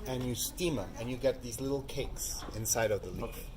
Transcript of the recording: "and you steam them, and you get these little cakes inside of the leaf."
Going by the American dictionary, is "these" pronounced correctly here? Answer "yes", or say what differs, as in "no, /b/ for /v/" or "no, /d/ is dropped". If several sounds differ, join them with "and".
yes